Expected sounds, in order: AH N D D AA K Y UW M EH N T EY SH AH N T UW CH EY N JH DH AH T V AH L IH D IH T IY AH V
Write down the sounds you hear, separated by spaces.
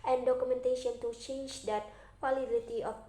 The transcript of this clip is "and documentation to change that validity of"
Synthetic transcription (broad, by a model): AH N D D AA K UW M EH N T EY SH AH N T UW CH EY N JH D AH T F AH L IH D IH T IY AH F